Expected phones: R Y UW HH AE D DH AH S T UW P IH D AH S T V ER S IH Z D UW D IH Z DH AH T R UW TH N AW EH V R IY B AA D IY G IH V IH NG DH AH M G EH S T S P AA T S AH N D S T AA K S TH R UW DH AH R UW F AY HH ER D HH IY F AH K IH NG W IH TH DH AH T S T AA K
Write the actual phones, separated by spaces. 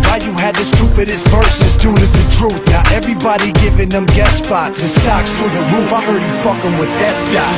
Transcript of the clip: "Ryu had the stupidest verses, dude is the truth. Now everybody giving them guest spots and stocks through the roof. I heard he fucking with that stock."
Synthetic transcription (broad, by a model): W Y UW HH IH D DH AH S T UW P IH D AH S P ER S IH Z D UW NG IH Z DH AH T R UW TH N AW EH V R IY B AA D IY G IH V IH NG DH AH M G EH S S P AA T AH S T AA K S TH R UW DH AH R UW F AY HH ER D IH F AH K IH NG W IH DH AH T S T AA